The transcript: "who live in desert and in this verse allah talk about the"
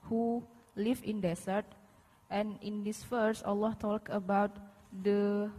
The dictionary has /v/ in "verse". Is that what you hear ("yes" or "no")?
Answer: no